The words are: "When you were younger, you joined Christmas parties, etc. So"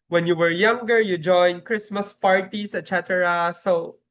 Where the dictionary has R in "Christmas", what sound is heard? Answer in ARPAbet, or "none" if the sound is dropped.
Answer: R